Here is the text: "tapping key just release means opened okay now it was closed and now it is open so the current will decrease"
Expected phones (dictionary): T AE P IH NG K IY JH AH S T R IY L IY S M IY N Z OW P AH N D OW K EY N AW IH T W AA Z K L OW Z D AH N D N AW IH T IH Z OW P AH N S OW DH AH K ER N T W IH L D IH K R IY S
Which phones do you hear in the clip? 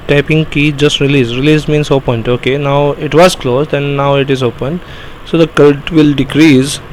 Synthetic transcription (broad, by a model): T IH P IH NG K IY JH AH S T R IY L IY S M IY N S OW P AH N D OW K EY N AW IH T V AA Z K L OW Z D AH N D N AW IH T IH Z OW P AH N S OW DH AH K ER L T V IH L D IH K R IY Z